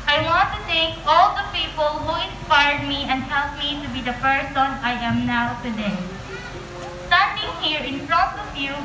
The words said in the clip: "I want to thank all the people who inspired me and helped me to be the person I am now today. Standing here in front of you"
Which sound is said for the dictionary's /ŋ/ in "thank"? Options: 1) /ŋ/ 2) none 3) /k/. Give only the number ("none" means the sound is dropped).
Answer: 2